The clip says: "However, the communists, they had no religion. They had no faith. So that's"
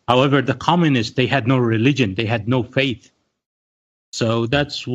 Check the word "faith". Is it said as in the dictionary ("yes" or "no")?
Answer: yes